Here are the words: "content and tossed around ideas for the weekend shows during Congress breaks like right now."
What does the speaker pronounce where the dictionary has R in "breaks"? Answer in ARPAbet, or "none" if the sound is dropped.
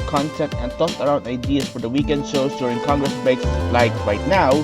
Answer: none